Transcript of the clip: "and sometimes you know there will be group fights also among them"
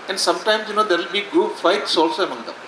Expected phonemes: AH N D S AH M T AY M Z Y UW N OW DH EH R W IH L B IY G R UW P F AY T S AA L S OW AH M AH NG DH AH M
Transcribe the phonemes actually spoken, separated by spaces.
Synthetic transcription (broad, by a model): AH N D S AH M T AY M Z Y UW N OW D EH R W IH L B IY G UW F AY T S AA L S OW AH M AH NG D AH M